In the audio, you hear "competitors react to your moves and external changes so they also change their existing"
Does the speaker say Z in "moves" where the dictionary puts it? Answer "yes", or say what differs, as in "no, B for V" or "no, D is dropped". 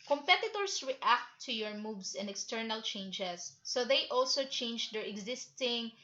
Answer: no, S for Z